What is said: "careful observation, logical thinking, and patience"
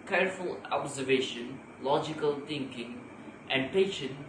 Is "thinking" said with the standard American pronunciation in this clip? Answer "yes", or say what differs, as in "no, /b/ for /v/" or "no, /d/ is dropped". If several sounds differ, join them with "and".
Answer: no, /t/ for /θ/